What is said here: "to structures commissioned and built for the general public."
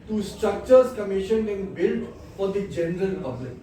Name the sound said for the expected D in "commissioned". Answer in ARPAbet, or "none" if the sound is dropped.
none